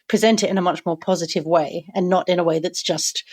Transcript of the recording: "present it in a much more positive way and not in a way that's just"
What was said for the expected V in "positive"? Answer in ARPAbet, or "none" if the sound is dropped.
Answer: V